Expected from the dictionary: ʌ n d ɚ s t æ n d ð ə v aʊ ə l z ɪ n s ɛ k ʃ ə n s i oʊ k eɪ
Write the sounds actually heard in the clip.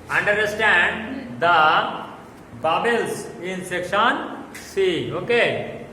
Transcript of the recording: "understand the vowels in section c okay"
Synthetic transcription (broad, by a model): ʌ n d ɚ s t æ n d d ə b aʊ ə l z ɪ n s ɛ k ʃ ə n s i oʊ k eɪ